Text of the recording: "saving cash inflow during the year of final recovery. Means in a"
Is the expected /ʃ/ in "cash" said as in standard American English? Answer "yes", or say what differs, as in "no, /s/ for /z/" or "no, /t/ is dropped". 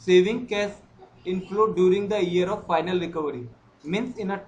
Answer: no, /s/ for /ʃ/